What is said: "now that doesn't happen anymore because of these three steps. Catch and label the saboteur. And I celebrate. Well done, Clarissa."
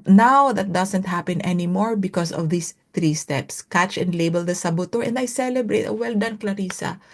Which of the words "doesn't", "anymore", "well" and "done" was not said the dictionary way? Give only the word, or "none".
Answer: doesn't